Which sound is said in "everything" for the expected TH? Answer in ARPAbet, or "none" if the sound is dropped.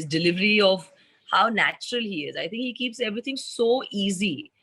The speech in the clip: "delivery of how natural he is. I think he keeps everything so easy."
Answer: T